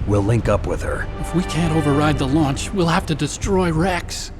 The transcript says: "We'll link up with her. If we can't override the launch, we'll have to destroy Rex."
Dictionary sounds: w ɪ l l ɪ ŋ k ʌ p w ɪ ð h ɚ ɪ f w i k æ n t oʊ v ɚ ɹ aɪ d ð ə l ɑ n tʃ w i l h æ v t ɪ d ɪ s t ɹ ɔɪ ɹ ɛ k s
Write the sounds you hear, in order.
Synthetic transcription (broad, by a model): w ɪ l l ɪ ŋ k ʌ p w ɪ ð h ɚ ɪ f w i k æ n t oʊ v ɚ ɹ aɪ d ð ə l ɑ n tʃ w i l h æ f t ɪ d ɪ s t ɹ ɔɪ ɹ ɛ k s